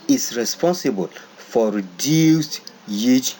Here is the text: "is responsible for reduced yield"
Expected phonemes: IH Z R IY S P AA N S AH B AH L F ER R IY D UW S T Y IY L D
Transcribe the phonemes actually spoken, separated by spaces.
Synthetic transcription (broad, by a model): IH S R IY S P AA N S AH B AH L F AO R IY D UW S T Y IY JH